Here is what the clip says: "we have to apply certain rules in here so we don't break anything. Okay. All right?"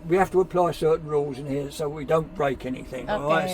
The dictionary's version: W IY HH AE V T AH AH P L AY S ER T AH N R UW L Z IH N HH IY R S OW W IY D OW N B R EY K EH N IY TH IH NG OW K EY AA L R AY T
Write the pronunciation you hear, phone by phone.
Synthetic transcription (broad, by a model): W IY HH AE F T AH AH P L AY S ER T N R UW L Z IH N HH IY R S OW W IY D OW N B R EY K EH N IY TH IH NG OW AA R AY